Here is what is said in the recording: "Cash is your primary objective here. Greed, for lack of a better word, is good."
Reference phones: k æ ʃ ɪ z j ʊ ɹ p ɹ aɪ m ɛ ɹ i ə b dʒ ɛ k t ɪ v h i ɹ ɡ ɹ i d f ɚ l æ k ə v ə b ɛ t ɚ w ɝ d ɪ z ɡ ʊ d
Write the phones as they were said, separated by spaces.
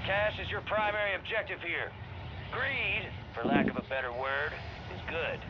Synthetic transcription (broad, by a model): k æ ʃ ɪ z j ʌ ɹ p ɹ aɪ m ɛ ɹ i ə b dʒ ɛ k t ɪ v h i ɹ ɡ ɹ i d f ɚ l æ k ə v ə b ɛ t ɚ w ɝ d ɪ z ɡ ʊ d